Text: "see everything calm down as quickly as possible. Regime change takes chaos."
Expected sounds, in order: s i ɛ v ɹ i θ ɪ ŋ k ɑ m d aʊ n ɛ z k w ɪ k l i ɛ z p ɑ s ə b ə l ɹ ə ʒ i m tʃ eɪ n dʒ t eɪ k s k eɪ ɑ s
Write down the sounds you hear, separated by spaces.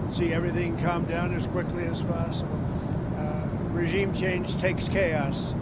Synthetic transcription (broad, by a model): s i ɛ v ɹ i θ ɪ ŋ k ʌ m d aʊ n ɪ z k w ɪ k l i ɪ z p ɑ s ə b l ɹ ə ʒ i m tʃ eɪ n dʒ t eɪ k s k eɪ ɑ s